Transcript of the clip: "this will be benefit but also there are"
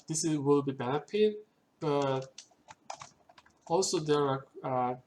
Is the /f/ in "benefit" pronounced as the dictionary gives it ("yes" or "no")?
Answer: no